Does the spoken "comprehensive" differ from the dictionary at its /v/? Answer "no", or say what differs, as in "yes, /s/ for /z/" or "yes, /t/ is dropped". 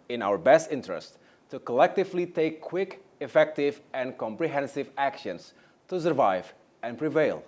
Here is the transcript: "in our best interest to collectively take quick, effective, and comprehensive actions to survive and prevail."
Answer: no